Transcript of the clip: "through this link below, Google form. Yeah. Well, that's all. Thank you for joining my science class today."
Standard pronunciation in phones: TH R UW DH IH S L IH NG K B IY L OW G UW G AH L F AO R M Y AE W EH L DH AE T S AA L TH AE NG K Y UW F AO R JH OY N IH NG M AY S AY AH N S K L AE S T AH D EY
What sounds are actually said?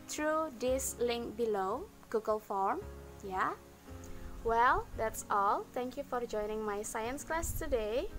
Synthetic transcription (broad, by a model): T R UW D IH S L IH NG K B IY L OW G UW G AH L F AO R M Y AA W EH L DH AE T S AA L T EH NG K Y UW F AO R JH OY N IH NG M AY S AY AH N S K L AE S T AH D EY